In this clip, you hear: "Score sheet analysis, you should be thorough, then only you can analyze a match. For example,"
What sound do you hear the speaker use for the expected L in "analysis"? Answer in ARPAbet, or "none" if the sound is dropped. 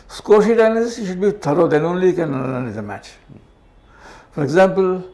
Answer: N